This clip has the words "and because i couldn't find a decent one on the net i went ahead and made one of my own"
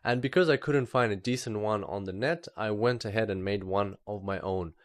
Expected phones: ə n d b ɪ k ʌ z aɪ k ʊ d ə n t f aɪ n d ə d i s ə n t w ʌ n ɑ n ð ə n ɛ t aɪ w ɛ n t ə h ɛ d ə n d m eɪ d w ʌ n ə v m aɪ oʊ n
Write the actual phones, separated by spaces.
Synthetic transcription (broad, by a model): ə n b ɪ k ʌ z aɪ k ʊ d n t f aɪ n d ə d i s ə n t w ʌ n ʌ n ð ə n ɛ t aɪ w ɛ n t ə h ɛ d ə n m eɪ d w ʌ n ə v m aɪ oʊ n